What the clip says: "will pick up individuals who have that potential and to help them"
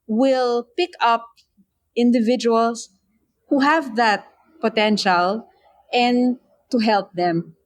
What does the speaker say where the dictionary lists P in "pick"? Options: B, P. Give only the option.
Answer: P